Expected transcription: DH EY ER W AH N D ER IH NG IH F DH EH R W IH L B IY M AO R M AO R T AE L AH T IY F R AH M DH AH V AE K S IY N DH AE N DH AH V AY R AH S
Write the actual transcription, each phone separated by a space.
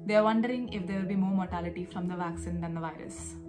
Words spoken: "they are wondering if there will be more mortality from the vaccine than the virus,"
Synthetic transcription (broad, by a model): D EY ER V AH N D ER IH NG IH F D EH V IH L B IY M AO R M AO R T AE L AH T IY F R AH M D AH V AE K S IY N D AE N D AH V AY R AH S